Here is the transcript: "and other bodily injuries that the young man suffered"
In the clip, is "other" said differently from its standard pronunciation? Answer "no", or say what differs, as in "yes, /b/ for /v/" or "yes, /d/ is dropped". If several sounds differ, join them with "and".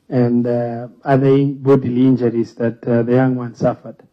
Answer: yes, /ð/ is dropped